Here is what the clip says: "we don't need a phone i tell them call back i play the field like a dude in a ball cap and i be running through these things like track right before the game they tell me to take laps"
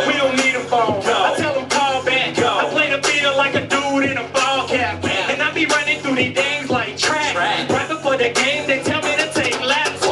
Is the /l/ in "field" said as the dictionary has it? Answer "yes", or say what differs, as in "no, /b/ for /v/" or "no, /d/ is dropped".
no, /l/ is dropped